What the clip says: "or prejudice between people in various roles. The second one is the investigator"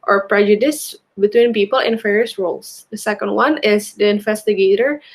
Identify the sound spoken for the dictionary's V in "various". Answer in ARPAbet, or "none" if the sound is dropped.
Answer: F